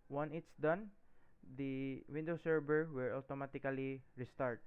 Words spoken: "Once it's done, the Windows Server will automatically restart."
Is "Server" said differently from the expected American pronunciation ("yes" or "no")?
yes